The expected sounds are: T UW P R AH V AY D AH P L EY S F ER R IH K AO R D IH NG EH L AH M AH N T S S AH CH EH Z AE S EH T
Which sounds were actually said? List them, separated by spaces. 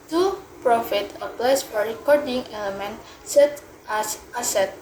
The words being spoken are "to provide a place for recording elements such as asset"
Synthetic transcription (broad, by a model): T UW P R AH F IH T AH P L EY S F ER R IH K AO R D IH NG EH L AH M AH N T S S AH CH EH S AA S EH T